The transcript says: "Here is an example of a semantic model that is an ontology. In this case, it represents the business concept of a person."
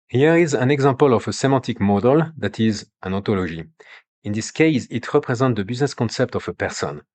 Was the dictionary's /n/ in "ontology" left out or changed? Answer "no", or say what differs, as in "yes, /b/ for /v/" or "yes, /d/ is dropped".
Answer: yes, /n/ is dropped